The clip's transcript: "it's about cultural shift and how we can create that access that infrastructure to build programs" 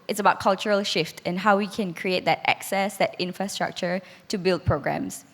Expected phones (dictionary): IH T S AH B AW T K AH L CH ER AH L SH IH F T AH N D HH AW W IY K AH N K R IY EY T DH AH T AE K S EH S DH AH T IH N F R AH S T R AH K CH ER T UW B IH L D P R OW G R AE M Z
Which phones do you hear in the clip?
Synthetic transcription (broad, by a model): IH T S AH B AW T K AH L CH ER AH L SH IH F T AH N HH AW W IY K AH N K R IY EY T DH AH T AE K S EH S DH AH T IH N F R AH S T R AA K CH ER T UW B IH L D P R OW G R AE M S